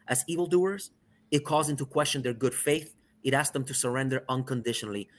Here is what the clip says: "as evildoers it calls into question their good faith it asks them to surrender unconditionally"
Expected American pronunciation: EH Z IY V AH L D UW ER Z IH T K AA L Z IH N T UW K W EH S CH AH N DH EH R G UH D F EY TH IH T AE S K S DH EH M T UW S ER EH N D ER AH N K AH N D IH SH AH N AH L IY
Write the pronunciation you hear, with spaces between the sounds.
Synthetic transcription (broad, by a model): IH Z IY V AH L D UW ER Z IH T K AA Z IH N T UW K W EH S CH AH N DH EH R G UH D F EY TH IH T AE S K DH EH M T UW S ER EH N D ER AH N K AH N D IH SH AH N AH L IY